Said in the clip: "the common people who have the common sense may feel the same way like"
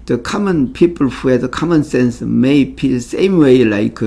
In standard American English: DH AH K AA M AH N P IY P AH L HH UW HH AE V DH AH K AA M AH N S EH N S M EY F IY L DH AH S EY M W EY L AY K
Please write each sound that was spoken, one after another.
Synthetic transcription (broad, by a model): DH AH K AA M AH N P IY P AH L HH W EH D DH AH K AA M AH N S EH N S M EY P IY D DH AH S EY M W EY L AY K